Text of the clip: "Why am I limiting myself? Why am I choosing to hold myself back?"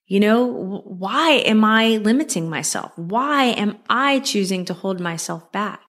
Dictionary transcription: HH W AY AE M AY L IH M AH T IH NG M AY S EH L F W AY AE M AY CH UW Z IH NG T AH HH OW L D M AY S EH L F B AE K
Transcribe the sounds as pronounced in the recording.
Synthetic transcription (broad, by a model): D W AY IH M AY L IH M AH T IH NG M AY S EH L F W AY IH M AY CH UW Z IH NG T AH HH OW L D M AY S EH L F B AE K